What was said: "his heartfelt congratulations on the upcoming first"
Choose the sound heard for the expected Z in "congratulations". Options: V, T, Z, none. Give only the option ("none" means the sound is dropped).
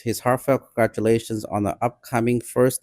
Z